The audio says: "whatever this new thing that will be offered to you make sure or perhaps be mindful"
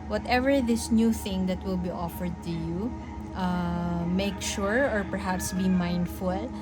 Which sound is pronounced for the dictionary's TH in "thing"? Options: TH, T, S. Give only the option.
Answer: TH